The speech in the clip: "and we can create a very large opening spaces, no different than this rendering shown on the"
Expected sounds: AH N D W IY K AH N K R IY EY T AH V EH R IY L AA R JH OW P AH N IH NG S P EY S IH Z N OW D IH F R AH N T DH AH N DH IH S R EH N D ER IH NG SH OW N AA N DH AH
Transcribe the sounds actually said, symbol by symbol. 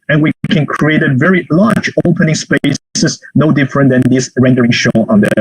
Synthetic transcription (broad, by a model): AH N W IY K AH N K R IY EY T AH V EH R IY L AA R JH OW P AH N IH NG S P EY S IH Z N OW D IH F R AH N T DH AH N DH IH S R EH N D ER IH NG SH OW AA N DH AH